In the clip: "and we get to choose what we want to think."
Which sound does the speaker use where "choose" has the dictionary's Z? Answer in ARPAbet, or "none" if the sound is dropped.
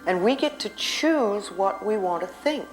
Z